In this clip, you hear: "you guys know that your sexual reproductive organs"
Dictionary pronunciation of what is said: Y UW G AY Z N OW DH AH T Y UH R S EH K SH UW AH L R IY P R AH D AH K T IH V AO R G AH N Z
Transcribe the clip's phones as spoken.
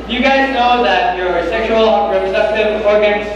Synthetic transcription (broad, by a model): Y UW G AY Z N OW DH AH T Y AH R S EH K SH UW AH L R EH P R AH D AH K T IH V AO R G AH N